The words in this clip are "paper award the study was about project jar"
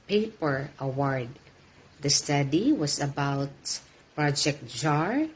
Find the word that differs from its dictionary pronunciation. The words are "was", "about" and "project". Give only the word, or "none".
was